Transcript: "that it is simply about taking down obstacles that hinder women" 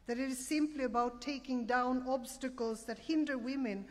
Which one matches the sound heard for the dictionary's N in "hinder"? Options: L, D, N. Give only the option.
N